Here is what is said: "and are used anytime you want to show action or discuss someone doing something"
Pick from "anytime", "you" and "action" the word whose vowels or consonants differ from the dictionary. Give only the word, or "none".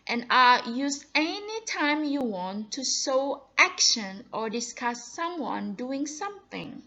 none